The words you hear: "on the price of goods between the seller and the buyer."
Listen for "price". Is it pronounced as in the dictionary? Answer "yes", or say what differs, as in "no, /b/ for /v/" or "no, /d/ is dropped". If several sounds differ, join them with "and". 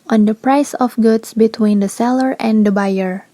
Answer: yes